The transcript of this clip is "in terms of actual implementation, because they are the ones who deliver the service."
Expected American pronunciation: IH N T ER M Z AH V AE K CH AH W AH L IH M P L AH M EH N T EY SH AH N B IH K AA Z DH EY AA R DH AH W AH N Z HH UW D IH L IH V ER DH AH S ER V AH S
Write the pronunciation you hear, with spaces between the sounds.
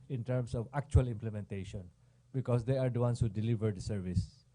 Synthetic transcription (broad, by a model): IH N T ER M S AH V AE K CH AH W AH L IH M P L AH M EH N T EY SH AH N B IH K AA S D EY AA R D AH W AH N S HH UW D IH L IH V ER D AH S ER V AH S